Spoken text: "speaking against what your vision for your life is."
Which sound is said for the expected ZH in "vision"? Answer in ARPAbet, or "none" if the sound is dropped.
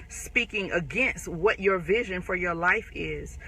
ZH